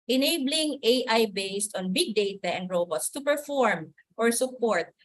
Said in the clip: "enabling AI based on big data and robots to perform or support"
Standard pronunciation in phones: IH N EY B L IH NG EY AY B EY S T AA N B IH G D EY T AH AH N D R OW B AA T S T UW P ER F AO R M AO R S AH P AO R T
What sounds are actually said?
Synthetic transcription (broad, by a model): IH N EY B L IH NG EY AY B EY S T AA N B IH G D EY T AH AH N D R OW B AA T S T UW P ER F AO R M AO R S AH P AO R T